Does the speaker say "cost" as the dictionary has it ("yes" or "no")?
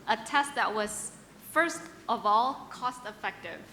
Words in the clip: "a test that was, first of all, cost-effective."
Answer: yes